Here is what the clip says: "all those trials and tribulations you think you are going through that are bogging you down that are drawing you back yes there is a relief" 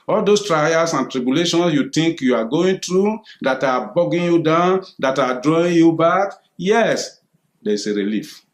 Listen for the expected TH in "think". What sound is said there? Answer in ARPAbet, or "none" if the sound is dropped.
T